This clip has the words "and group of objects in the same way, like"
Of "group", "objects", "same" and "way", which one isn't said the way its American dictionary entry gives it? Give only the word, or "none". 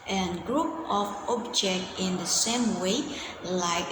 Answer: objects